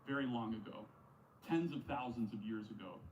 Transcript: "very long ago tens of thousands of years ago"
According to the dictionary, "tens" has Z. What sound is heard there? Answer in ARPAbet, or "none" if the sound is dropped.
Z